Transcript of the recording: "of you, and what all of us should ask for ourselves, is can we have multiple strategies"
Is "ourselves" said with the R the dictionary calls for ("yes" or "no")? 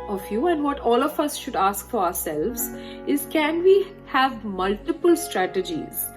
yes